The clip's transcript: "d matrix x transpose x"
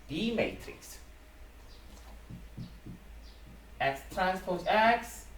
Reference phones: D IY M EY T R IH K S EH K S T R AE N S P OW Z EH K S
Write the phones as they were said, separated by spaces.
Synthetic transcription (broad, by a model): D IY M EY T R IH K S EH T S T R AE N S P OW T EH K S